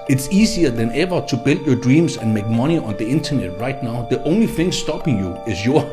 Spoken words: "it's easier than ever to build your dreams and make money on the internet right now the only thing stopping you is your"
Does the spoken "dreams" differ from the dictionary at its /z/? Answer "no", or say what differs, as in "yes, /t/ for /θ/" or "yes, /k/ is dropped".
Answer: yes, /s/ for /z/